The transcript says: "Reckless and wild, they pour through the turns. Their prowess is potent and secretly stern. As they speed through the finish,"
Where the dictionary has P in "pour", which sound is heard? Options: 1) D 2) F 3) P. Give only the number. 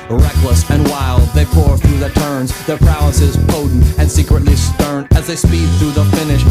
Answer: 3